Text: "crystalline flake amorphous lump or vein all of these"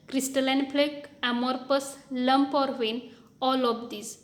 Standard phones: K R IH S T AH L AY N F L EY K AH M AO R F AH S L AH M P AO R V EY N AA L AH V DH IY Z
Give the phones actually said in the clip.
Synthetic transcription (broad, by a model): K R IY S T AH L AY N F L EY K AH M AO R P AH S L AH M P AO R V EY N AA L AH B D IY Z